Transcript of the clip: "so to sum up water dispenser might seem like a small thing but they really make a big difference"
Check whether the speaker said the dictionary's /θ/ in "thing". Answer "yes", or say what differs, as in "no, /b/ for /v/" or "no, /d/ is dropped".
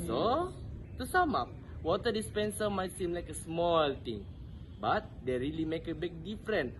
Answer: no, /t/ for /θ/